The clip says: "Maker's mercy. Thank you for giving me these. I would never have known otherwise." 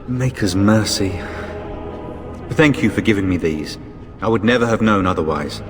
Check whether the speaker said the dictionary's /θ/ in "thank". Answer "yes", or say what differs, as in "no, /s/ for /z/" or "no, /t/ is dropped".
yes